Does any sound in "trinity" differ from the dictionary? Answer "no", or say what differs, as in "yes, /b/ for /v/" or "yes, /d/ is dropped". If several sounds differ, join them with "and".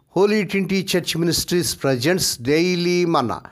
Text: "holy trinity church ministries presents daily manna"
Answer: yes, /w/ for /ɹ/